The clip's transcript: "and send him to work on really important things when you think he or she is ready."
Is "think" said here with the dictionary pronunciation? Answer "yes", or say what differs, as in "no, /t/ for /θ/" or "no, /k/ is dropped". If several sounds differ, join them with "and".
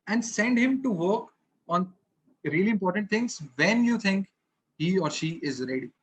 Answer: no, /t/ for /θ/